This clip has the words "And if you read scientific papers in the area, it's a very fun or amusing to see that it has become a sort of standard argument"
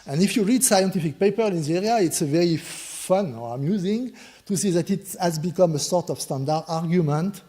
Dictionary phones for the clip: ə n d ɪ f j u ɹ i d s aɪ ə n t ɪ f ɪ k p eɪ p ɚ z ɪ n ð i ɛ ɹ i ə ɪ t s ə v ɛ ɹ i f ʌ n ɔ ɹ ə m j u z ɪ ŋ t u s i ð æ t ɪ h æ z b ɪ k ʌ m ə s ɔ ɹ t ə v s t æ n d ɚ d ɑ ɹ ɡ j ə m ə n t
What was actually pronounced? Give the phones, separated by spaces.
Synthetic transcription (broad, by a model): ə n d ɪ f j u ɹ i d s aɪ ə n t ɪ f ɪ k p eɪ p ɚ ɪ n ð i ɛ ɹ i ə ɪ t s ə v ɛ ɹ i f ʌ n ɔ ɹ ə m j u z ɪ ŋ t u s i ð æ t ɪ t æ z b ɪ k ʌ m ə s ɔ ɹ t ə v s t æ n d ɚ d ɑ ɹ ɡ j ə m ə n t